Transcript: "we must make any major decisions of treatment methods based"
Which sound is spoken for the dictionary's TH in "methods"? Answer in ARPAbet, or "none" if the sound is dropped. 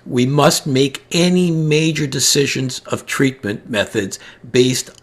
TH